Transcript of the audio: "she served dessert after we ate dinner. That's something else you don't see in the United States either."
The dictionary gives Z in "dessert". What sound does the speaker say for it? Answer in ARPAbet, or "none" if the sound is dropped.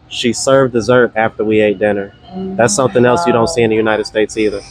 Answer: Z